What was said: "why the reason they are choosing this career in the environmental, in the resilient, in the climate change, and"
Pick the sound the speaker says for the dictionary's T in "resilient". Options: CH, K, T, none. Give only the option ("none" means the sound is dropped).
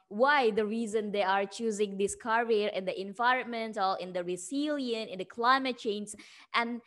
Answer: none